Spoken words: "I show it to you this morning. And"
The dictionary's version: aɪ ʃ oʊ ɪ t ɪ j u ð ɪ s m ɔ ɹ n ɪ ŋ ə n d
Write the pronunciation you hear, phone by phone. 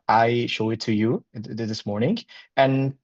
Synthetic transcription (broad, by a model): aɪ ʃ oʊ ɪ t ɪ j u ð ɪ s m ɔ ɹ n ɪ ŋ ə n